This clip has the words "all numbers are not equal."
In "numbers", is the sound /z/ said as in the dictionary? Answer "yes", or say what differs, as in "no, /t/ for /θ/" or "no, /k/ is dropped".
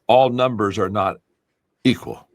yes